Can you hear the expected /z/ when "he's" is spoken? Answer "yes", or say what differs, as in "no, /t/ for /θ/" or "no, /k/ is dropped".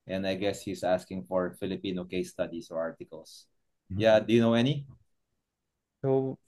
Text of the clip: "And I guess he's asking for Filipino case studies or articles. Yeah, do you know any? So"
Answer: no, /s/ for /z/